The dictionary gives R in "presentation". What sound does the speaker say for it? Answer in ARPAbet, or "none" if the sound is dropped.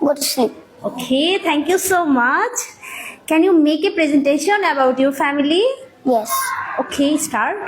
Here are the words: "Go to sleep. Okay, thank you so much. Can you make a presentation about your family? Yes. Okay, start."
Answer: R